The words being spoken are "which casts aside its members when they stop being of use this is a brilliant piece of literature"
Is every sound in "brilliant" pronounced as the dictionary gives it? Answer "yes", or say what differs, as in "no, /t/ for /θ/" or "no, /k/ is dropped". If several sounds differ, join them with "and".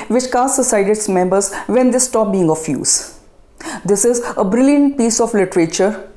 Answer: yes